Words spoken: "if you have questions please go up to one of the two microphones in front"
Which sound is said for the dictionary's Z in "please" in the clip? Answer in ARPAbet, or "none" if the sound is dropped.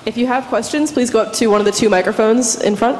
Z